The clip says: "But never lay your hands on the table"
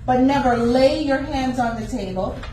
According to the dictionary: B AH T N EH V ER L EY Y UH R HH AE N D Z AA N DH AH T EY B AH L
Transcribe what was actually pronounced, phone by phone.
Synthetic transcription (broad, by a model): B AH T N EH V ER L EY Y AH R HH AE N D Z N DH AH T EY B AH L